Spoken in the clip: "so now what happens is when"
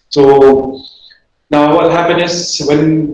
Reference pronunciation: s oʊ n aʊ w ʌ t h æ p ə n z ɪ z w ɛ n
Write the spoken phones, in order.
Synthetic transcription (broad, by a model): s oʊ n aʊ w ʌ t h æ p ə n ɪ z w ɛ n